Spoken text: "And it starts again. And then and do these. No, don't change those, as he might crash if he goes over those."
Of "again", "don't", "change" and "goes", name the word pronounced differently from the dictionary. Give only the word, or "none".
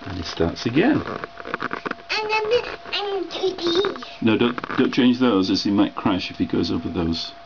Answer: none